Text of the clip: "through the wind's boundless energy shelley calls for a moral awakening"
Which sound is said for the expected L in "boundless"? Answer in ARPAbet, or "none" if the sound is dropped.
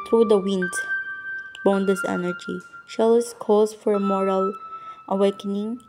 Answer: none